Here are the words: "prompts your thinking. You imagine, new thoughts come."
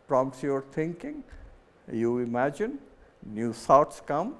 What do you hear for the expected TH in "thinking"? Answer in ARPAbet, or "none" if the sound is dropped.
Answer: T